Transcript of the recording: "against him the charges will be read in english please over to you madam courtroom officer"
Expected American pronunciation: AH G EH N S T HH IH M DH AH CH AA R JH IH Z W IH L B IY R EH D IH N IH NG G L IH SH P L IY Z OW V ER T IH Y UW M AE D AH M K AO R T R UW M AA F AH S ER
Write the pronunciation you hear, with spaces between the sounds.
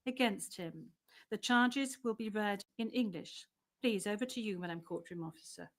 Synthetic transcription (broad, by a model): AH G EH N S T HH IH M DH AH CH AA R JH IH Z W IH L B IY R EH D IH N IH NG G L IH SH P L IY Z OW V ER T IH Y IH M AE D AH M K AO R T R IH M AA F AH S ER